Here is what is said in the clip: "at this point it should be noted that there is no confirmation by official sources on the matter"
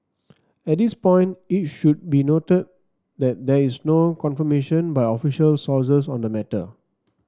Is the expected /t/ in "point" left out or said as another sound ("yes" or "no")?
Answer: no